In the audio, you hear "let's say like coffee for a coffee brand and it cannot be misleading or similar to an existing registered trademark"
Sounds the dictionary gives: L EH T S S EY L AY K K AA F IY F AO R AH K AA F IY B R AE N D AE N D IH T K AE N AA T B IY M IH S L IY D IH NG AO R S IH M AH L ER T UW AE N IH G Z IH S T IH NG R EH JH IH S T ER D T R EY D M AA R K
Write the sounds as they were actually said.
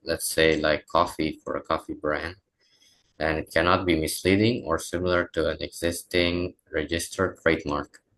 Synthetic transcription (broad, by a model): L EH T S S EY L AY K K AA F IY F AO R AH K AA F IY B R AE N D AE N IH T K AE N AA T B IY M IH S L IY D IH NG AO R S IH M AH L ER T UW AE N IH G Z IH S T IH NG R EH JH IH S T ER D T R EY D M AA R K